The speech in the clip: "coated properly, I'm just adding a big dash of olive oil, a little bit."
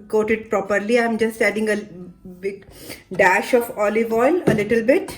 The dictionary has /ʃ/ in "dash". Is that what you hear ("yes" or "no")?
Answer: yes